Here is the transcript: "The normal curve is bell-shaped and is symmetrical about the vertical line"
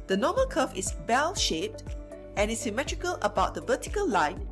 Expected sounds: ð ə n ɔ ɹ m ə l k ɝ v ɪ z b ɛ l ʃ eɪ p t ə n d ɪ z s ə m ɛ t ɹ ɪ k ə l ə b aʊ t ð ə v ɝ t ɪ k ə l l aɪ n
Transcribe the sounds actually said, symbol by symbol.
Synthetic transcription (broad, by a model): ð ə n ɔ m ə l k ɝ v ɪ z b ɛ l ʃ eɪ p t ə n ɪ s ə m ɛ t ɹ ɪ k ə l ə b aʊ t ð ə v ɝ t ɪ k ə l l aɪ n